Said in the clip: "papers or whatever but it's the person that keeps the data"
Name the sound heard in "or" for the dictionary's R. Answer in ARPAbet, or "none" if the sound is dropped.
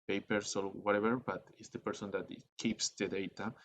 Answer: L